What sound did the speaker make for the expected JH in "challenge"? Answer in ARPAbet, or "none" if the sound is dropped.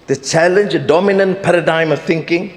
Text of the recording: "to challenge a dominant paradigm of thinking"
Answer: JH